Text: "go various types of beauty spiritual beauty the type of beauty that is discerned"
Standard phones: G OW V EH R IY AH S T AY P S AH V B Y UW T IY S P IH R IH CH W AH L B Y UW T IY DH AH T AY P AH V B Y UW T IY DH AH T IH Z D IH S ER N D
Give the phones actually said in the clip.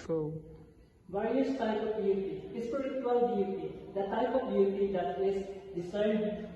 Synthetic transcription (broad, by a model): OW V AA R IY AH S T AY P AH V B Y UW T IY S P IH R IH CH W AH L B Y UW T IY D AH T AY P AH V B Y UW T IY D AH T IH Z D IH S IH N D